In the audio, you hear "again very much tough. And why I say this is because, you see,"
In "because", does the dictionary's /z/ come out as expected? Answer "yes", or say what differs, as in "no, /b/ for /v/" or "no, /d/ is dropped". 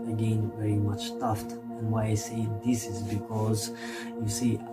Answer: yes